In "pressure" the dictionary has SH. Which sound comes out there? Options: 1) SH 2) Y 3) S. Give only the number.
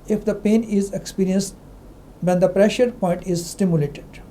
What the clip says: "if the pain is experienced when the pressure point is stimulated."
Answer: 1